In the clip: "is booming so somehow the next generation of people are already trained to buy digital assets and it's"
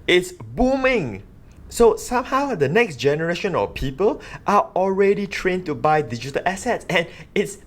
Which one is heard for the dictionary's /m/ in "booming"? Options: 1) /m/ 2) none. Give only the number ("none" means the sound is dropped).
1